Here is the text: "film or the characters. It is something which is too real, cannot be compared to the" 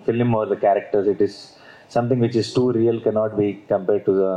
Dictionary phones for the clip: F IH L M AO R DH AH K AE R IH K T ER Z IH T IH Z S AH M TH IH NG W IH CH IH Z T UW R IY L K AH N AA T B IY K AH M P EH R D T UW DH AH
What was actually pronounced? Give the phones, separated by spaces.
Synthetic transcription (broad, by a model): F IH L M AO R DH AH K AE R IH K T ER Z IH T IH Z S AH M T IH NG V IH CH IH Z T UW R IY L K AH N AA T B IY K AH M P EH R D T UW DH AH